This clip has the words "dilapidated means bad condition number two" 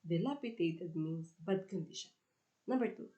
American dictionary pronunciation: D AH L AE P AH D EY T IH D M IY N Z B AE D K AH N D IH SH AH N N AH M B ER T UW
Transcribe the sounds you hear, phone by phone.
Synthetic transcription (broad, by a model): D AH L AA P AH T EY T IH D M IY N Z B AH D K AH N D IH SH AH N N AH B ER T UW